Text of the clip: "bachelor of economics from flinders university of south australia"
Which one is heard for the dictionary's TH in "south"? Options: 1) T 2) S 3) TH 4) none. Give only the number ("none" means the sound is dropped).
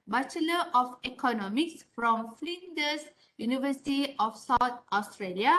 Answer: 1